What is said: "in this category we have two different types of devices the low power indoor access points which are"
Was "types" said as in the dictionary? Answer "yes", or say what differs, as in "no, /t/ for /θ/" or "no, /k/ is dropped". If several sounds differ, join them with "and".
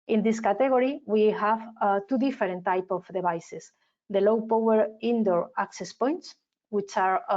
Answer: no, /s/ is dropped